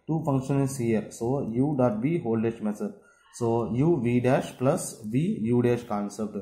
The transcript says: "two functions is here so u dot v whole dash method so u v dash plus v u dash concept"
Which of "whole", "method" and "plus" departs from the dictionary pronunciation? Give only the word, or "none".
method